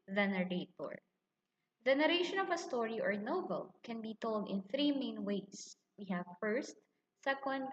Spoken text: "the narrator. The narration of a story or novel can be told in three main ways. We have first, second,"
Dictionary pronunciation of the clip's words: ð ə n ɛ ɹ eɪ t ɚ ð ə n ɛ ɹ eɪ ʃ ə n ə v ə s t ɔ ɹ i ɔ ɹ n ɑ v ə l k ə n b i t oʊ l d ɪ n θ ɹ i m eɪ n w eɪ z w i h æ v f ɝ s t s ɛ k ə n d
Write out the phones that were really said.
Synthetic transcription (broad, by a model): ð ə n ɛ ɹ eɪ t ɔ ð ə n ɛ ɹ eɪ ʃ ə n ə v ə s t ɔ ɹ i ɔ ɹ n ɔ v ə l k ə n b i t oʊ l d ɪ n θ ɹ i m eɪ n w eɪ s w i h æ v f ɝ s t s ɛ k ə n d